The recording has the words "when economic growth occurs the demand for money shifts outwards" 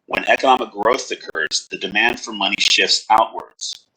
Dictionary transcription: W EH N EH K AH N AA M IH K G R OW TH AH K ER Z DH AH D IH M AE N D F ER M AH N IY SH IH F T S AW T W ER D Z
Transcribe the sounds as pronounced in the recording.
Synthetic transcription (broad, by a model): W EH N EH K AH N AA M IH K G R OW TH AH K ER Z DH AH D IH M AE N D F ER M AH N IY SH IH F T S AW T W ER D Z